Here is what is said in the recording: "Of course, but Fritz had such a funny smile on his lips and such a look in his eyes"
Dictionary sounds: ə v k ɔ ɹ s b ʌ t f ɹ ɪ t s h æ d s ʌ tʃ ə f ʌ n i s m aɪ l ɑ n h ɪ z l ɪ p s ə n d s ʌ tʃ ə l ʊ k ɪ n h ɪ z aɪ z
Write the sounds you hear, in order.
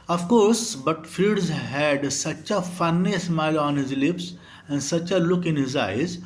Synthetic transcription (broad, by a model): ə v k ɔ ɹ s b ʌ t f i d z h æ d s ʌ tʃ ə f ʌ n i s m aɪ l ɑ n h ɪ z l ɪ p s ə n d s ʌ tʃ ə l ʊ k ɪ n h ɪ z aɪ z